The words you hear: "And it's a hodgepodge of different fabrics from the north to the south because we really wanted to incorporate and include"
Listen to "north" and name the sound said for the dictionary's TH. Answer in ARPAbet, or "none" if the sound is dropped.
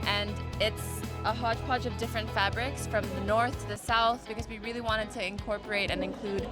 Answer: TH